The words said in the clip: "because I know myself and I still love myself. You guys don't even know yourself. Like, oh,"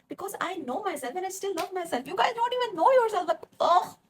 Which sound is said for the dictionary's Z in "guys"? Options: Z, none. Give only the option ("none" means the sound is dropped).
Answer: none